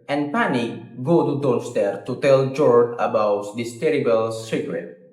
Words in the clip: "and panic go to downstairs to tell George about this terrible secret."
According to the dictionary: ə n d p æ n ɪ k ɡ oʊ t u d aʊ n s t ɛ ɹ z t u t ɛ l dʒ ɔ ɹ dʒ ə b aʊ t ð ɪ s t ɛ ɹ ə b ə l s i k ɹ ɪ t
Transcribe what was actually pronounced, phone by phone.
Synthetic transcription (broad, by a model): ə n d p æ n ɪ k ɡ oʊ t u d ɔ l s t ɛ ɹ t u t ɛ l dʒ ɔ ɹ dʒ ə b aʊ t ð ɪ s t ɛ ɹ ə b ə l s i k ɹ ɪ t